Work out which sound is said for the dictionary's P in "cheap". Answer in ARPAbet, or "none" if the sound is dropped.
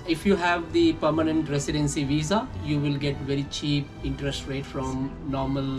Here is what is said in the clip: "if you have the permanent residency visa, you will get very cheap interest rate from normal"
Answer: P